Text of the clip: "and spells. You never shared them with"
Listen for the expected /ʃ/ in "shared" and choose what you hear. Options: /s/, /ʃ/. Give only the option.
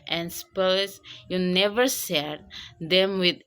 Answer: /s/